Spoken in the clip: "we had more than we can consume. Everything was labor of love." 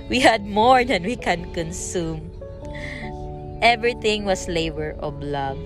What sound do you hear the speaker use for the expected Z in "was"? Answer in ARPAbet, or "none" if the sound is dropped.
S